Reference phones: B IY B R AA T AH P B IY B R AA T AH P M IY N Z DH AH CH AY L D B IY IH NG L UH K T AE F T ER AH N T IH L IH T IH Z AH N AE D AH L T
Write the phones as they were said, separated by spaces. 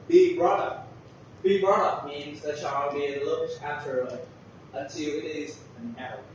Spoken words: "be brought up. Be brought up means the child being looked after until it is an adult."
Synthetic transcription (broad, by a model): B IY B R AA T AH P B IY B R AA T AH P M IY N Z DH AH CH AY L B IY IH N L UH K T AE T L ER AH N T IH L IH T IH Z AH N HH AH